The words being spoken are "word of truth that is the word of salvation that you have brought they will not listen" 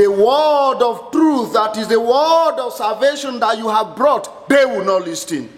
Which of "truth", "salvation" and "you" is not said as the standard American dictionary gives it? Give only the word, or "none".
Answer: none